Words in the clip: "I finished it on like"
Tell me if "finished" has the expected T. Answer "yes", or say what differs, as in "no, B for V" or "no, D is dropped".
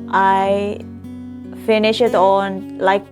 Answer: no, T is dropped